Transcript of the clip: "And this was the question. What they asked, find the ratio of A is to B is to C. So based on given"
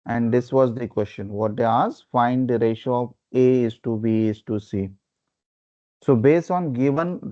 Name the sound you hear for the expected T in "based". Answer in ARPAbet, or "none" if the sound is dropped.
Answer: T